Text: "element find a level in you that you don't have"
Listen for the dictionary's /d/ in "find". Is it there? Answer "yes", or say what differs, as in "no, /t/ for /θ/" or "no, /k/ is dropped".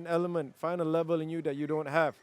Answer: no, /d/ is dropped